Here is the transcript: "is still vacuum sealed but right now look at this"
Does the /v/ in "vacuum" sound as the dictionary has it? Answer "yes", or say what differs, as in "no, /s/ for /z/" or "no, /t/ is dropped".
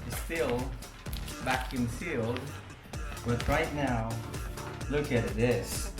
no, /b/ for /v/